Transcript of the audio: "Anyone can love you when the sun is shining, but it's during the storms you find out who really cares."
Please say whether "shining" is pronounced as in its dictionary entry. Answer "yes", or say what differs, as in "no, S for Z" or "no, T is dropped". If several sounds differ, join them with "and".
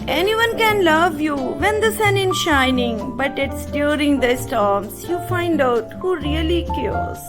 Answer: yes